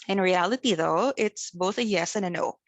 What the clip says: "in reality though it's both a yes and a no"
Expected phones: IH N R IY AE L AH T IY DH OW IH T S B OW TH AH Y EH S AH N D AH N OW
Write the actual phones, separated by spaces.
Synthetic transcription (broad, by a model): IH N R IY AE L AH T IY DH OW IH T S B OW TH AH Y EH S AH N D AH N OW